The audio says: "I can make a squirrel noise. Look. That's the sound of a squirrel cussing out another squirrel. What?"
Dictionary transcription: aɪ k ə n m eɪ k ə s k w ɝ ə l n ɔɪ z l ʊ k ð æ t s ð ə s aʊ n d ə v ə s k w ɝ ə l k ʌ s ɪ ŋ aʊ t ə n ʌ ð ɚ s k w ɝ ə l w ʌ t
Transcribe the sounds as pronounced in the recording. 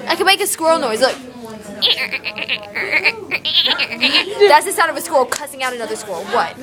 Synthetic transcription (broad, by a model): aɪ k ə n m eɪ k ə s k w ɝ l n ɔɪ z l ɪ k ð æ t s ð ə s aʊ d ə v ə s k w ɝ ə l k ʌ s ɪ ŋ aʊ t ə n ʌ ð ɚ s k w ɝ l w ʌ t